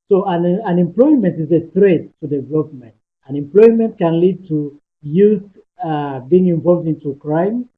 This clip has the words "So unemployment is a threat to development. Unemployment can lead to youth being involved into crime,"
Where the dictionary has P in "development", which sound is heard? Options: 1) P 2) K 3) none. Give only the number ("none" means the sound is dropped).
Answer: 3